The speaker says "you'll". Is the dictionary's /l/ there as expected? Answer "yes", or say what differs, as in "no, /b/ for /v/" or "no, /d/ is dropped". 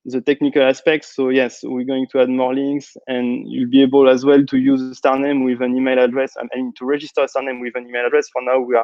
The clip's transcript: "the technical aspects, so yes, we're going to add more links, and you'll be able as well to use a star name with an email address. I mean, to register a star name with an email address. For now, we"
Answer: yes